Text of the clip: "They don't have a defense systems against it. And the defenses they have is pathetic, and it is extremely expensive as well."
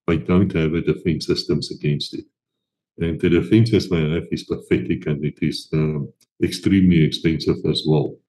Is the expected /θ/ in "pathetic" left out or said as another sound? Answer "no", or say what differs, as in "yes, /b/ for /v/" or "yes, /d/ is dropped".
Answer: yes, /f/ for /θ/